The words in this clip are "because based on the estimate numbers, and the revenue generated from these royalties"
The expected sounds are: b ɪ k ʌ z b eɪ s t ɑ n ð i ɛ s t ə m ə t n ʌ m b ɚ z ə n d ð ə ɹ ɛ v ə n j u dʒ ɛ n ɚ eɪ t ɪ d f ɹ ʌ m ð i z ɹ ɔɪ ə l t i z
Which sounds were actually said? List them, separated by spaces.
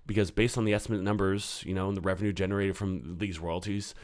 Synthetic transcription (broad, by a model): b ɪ k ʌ z b eɪ s t n ð i ɛ s t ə m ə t n ʌ m b ɚ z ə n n ð ə ɹ ɛ v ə n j u dʒ ɛ n ɚ eɪ t ɪ d f ɹ ʌ m ð i z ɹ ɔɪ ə l t i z